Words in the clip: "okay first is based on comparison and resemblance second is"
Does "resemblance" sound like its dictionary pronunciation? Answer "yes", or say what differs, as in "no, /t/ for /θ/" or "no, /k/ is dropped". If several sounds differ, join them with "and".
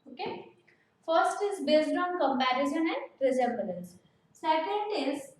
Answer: no, /m/ is dropped